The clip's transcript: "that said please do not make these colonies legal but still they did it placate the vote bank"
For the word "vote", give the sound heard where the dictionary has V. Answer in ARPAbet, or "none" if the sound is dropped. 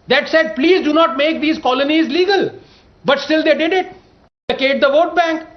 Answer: V